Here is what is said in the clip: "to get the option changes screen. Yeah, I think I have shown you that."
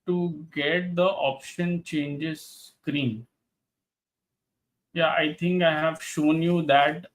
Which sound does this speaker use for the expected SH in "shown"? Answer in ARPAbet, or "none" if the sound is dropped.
SH